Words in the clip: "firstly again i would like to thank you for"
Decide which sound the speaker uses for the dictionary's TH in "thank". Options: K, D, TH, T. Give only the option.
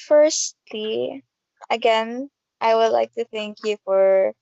TH